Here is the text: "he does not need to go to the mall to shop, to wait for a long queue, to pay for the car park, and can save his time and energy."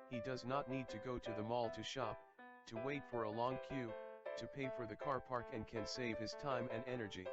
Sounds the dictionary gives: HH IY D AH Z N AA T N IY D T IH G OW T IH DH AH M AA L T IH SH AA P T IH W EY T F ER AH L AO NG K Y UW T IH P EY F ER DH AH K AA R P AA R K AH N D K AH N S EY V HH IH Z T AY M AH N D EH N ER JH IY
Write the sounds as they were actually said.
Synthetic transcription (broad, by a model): HH IY D AH Z N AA T N IY D T IH G OW T IH DH AH M AA L T IH SH AA P T IH W EY T F ER AH L AO NG K Y UW T IH P EY F ER DH AH K AA R P AA R K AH N K AH N S EY V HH IH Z T AY M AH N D EH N ER JH IY